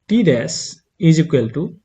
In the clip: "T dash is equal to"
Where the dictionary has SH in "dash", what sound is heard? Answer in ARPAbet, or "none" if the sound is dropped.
S